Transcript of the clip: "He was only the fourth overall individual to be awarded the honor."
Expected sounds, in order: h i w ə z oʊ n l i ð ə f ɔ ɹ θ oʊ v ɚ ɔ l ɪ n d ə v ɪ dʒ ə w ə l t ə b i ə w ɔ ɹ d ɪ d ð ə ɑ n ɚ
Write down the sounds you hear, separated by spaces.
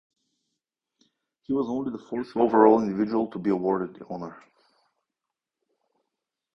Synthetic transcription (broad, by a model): h i w ə z oʊ n l i ð ə f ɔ ɹ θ oʊ v ɚ ɔ l ɪ n d ə v ɪ dʒ ə w ə l t ə b i ə w ɔ ɹ d ɪ d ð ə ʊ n ɚ